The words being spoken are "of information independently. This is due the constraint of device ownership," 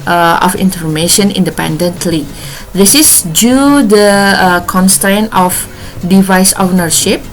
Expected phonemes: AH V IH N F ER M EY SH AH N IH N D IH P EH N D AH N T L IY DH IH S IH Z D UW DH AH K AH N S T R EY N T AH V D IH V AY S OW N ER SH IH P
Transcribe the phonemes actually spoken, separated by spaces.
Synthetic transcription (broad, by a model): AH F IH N F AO M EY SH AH N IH N D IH P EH N D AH N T L IY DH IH S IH S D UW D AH K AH N S T R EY N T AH F D IH V AY S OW N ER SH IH P